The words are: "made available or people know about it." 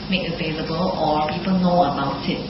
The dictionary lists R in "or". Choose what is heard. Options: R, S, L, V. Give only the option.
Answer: L